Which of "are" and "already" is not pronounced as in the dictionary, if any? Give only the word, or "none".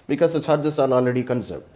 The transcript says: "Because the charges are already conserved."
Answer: are